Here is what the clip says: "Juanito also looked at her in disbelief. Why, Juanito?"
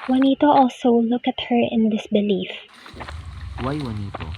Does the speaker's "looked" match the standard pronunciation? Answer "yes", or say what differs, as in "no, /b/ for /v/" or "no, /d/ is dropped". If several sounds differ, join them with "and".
no, /t/ is dropped